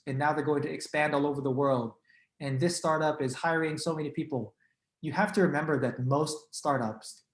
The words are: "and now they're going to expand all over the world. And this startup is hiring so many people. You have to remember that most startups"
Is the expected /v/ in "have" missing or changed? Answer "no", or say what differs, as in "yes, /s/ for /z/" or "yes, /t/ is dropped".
yes, /f/ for /v/